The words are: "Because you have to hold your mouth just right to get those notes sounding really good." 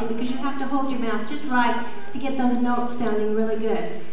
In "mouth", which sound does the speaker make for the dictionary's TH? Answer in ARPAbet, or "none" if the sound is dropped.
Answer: TH